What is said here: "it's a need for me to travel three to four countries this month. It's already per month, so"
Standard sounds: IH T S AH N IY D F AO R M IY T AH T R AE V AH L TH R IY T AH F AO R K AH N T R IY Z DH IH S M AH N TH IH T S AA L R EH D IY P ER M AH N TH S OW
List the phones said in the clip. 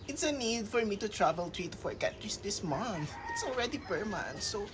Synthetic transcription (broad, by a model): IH T S AH N IY D F AO R M IY T AH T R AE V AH L T R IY T AH F AO R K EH T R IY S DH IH S M AH N TH IH T S AA L R EH D IY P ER M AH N S OW